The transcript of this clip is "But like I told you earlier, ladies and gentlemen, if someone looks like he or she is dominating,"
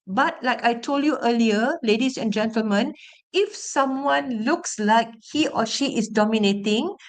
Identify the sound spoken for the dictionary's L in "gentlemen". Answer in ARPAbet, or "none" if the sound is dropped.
L